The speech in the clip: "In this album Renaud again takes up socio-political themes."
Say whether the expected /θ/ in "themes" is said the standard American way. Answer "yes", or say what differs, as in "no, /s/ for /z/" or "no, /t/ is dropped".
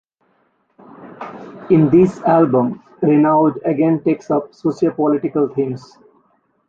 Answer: no, /t/ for /θ/